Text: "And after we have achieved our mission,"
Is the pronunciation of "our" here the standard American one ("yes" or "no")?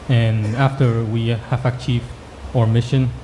yes